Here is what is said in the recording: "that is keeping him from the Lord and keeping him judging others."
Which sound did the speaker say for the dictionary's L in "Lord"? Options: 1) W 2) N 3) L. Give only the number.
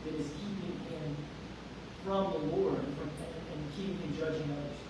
1